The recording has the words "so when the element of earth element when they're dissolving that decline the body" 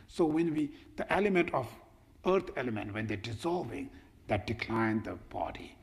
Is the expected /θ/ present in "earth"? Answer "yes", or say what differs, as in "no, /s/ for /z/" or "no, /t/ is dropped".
no, /t/ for /θ/